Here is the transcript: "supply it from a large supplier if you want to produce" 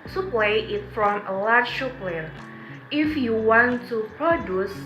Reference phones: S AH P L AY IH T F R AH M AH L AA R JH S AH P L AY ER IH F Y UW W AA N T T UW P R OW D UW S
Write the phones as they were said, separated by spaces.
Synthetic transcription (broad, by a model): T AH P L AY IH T F R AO M AH L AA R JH SH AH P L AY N IH F Y UW W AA N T T UW P R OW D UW S